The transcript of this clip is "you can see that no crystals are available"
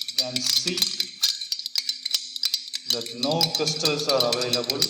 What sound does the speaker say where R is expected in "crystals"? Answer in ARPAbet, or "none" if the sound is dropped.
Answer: none